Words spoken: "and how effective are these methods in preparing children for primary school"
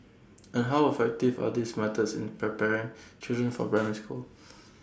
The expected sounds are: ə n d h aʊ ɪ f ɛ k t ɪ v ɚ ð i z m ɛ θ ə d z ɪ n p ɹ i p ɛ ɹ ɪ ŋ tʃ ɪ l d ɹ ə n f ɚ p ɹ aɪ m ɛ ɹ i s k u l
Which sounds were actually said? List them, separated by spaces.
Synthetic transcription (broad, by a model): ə n h aʊ ɪ f ɛ k t ɪ v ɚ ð i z m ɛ t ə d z ɪ n p ɹ i p ɛ ɹ ɪ ŋ tʃ ɪ l d ɹ ə n f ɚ b ɹ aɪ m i s k u l